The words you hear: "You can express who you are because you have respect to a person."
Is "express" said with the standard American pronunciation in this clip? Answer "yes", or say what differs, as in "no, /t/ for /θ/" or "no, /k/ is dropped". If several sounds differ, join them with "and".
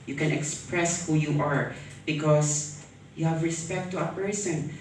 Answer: yes